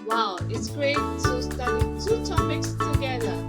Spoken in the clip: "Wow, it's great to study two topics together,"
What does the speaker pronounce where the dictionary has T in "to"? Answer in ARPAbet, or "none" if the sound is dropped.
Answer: S